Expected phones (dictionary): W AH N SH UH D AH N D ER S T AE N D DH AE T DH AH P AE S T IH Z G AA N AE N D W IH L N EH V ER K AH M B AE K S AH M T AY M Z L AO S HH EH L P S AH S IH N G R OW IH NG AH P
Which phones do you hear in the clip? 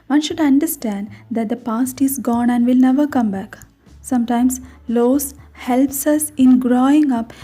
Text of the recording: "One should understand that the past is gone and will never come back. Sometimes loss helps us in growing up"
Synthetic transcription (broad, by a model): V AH N SH UH D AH N D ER S T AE N D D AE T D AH P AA S T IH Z G AA N AE N D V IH L N EH V ER K AH M B AE K S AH M T AY M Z L AO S HH EH L P S AH S IH N G R OW IH NG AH P